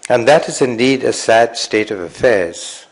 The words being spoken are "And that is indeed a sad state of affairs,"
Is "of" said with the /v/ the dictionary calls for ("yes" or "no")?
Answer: yes